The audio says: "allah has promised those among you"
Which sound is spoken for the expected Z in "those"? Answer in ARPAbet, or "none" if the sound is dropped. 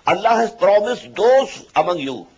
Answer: S